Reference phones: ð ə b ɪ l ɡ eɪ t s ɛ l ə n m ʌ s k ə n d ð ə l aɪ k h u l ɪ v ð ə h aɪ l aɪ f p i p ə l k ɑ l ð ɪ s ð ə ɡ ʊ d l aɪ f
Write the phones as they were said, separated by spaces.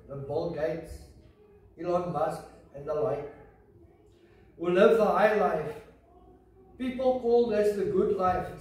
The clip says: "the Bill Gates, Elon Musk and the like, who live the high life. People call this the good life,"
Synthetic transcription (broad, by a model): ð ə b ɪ l ɡ eɪ t s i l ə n m ʌ s k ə n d ð ə l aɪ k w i l ɪ v ð ə h aɪ l aɪ f p i p ə l k ɑ l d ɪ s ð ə ɡ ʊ d l aɪ f